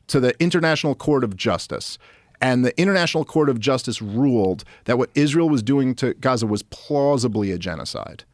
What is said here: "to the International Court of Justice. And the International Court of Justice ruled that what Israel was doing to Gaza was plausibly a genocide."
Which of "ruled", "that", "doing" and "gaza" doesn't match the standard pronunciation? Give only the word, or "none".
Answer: none